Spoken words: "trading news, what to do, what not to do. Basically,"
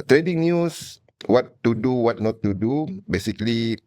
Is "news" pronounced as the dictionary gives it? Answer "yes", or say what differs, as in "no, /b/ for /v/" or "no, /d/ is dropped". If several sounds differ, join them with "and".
no, /s/ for /z/